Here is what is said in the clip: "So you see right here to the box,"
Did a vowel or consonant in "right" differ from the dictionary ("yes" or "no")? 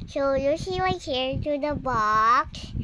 yes